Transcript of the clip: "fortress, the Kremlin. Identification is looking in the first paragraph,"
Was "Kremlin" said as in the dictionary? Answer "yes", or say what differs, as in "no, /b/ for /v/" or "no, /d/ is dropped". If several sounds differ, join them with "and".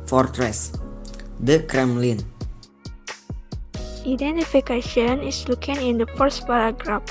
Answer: yes